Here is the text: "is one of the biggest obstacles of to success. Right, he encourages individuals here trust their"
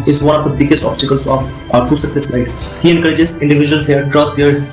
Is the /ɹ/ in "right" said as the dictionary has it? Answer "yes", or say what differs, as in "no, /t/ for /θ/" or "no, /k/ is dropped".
no, /l/ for /ɹ/